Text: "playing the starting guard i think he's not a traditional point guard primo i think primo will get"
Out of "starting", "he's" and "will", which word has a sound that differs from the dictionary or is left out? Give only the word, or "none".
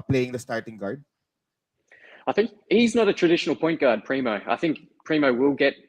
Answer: none